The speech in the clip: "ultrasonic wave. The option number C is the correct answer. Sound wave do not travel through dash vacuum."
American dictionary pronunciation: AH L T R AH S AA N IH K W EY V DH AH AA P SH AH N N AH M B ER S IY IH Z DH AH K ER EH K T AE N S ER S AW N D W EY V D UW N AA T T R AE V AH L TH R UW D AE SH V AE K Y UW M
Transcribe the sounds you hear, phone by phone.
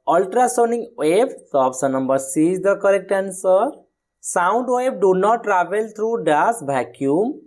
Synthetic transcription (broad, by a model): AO L T R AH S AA N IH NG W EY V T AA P S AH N N AH M B ER S IY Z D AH K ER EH K T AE N S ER S AW N D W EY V D UW N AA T T R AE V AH L T R UW D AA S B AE K Y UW M